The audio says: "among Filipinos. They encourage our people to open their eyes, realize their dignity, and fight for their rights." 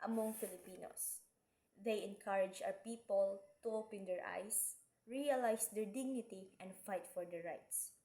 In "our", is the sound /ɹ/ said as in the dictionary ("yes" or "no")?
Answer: no